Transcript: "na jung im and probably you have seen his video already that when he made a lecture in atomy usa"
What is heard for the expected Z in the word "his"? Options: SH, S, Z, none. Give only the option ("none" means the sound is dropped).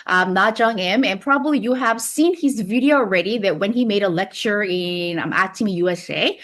Z